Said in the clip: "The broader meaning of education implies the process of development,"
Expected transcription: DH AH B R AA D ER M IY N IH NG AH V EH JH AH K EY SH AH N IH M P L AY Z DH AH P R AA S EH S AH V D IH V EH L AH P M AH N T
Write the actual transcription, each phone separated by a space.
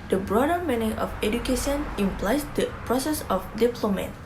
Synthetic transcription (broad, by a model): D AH B R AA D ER M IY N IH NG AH F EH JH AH K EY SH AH N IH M P L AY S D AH P R AA S EH S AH F D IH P L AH M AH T